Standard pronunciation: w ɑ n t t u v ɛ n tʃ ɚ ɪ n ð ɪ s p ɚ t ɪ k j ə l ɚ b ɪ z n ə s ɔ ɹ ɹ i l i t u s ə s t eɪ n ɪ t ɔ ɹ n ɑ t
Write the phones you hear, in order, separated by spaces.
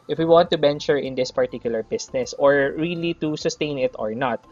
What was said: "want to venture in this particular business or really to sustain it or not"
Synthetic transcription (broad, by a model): w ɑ n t t u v ɛ n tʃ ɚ ɪ n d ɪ s p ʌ t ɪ k j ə l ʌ b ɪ s n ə s ɔ ɹ ɹ i l i t u s ə s t eɪ n ɪ t ɔ ɹ n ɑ t